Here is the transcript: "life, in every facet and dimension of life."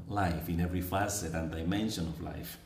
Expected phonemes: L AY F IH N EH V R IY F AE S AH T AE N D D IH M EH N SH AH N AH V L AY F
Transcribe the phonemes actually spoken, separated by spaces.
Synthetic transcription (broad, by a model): L AY F IH N EH V R IY F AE S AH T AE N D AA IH M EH N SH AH N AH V L AY F